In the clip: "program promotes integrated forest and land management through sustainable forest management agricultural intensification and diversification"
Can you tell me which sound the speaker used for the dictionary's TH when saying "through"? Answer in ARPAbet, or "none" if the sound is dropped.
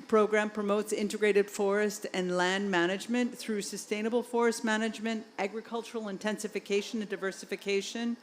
TH